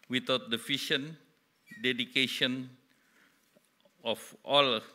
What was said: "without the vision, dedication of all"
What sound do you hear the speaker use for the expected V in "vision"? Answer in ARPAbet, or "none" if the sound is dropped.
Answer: F